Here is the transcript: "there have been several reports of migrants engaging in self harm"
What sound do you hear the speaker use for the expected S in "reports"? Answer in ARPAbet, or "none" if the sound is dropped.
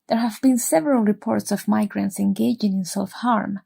S